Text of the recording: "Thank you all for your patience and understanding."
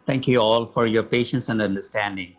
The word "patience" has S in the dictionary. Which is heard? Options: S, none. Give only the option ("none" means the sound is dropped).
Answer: S